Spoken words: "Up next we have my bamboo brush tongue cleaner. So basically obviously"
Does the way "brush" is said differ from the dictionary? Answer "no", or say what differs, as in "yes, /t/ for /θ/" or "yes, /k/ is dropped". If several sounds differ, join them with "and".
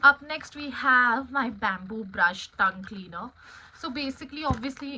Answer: no